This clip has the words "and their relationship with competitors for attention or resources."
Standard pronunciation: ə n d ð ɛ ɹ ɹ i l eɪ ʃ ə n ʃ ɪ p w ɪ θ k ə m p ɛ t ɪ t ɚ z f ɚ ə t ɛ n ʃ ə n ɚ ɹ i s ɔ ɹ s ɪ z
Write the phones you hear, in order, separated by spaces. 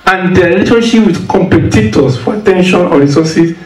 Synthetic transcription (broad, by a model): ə n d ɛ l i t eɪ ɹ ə ʃ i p w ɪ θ k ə m p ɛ t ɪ t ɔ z f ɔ ə t ɛ n ʃ ə n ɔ ɹ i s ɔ s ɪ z